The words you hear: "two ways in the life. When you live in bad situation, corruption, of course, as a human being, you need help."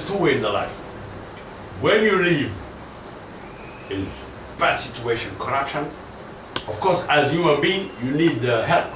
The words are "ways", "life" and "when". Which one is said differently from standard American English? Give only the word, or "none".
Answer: ways